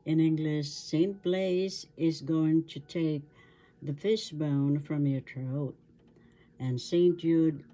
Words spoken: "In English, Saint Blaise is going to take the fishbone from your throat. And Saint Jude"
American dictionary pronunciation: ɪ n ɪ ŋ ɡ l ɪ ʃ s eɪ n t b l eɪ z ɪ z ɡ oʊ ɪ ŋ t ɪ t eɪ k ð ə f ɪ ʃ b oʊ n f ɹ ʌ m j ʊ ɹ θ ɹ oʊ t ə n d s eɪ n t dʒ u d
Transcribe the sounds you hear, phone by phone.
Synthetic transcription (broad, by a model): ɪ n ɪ ŋ ɡ l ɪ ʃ s eɪ n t b l eɪ z ɪ z ɡ oʊ ɪ ŋ t ɪ t eɪ k ð ə f ɪ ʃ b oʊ n f ɹ ʌ m j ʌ ɹ t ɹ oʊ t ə n s eɪ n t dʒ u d